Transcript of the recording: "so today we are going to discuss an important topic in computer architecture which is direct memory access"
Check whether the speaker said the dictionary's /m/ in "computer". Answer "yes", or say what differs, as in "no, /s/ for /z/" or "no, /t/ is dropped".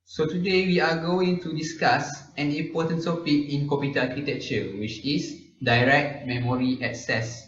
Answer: no, /m/ is dropped